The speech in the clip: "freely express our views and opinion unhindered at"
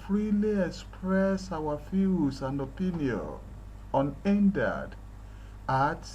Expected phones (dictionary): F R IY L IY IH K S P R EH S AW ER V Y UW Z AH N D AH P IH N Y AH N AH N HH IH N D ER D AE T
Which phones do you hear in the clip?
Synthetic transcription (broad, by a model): F R IY L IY IH K S P R EH S AW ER F Y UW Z AH N D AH P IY N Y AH N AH N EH N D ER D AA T